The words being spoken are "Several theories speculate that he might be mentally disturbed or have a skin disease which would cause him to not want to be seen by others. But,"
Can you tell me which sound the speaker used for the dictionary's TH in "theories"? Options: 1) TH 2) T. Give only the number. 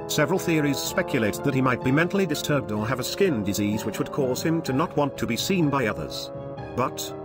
1